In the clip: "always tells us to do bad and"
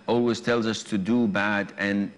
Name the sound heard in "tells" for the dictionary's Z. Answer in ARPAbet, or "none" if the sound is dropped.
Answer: Z